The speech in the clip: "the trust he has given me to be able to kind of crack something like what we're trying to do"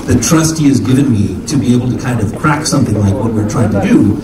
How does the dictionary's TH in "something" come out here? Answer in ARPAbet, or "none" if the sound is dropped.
TH